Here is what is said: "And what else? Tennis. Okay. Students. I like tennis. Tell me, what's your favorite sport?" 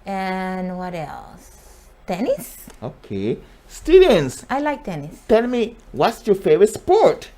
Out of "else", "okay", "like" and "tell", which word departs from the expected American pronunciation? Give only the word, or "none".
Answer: none